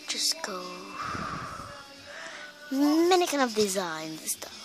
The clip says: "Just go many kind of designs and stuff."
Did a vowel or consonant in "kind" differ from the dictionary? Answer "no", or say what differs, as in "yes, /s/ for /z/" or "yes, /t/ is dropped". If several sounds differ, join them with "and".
yes, /d/ is dropped